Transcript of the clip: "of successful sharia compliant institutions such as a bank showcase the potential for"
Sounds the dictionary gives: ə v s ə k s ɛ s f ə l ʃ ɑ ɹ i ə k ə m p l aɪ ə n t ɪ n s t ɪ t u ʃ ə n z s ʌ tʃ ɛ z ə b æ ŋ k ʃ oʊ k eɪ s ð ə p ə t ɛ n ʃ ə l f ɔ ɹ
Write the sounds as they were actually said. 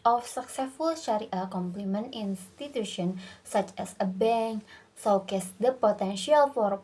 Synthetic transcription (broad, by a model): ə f s ə k s ɛ s f ə l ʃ ɑ ɹ i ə k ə m p l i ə n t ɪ n s t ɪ t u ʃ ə n s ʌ tʃ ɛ s ə b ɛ ŋ k s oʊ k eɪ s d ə p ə t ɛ n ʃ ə l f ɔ ɹ